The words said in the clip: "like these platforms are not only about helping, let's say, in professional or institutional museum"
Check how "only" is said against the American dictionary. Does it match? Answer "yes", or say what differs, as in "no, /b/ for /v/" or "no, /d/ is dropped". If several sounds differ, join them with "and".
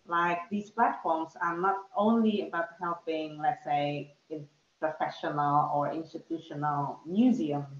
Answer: yes